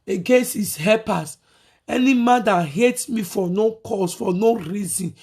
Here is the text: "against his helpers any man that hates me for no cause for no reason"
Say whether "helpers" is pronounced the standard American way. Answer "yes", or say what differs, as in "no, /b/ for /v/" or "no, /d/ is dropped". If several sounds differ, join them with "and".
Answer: no, /l/ is dropped